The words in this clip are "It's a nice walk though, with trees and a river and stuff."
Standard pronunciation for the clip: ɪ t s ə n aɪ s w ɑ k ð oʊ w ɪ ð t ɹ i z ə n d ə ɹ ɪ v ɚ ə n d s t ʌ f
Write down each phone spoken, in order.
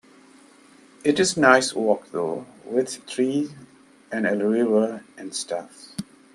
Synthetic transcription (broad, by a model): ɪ t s n aɪ s w ɑ k ð oʊ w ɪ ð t ɹ i ə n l ə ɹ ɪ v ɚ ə n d s t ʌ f